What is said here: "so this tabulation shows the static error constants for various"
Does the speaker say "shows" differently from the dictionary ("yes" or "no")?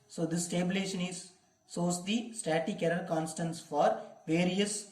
yes